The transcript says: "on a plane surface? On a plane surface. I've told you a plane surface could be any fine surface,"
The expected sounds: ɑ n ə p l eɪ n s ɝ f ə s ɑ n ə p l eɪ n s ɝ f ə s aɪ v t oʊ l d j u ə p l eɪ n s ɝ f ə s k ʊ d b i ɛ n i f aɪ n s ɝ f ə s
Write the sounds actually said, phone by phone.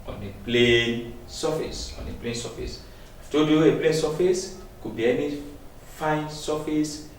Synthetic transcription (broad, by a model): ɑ n ə p l eɪ n s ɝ f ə s ɑ n ə p l eɪ n s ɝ f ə s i f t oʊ d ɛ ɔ ə p l eɪ n s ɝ f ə s k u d b i ɛ n i f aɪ n s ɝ f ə s